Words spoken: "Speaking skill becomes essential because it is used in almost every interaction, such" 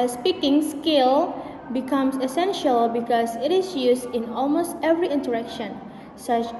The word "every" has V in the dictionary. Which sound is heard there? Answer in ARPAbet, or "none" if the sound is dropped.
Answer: V